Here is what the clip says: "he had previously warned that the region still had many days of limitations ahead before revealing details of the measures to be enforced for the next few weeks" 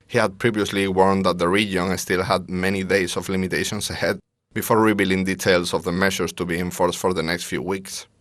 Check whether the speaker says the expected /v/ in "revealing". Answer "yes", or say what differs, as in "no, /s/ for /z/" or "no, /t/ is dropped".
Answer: no, /b/ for /v/